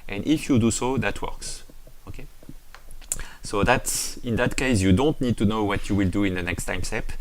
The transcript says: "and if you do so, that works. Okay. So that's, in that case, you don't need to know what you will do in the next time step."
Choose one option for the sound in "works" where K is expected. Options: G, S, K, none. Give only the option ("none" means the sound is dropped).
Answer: K